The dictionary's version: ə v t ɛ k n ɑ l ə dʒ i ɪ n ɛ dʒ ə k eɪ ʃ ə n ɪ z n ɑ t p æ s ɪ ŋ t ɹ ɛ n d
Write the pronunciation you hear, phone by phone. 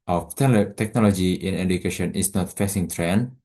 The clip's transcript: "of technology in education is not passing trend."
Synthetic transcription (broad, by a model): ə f t ɛ k n ɑ l ə dʒ i ɪ n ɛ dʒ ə k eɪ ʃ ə n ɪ s n ɑ t f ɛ s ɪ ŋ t ɹ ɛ n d